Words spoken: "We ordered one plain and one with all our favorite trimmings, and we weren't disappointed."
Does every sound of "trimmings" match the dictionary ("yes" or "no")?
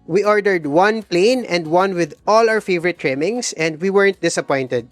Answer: no